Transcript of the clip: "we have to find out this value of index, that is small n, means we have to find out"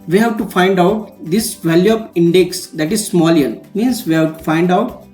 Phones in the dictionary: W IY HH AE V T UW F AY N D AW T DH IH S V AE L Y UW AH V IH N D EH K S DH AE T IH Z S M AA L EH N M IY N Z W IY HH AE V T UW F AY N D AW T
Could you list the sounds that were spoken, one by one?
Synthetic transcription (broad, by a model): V IY HH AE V T UW F AY N D AW T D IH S V AE L Y UW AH P IH N D EH K S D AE T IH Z S M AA L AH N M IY N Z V IY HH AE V T UW F AY N D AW T